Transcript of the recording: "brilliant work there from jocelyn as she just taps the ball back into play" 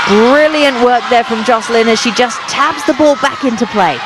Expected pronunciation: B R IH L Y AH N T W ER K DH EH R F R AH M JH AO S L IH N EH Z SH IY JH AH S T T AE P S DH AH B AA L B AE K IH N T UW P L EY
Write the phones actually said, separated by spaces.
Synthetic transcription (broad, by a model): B R IH L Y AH N T W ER K DH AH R F R AH M JH AO S L IH N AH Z SH IY JH AH S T T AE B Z DH AH B AA L B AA K IH N T UW P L EY